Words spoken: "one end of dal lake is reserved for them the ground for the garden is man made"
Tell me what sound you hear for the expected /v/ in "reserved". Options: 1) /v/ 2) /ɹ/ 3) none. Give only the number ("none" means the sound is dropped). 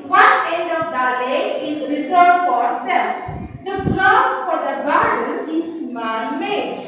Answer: 3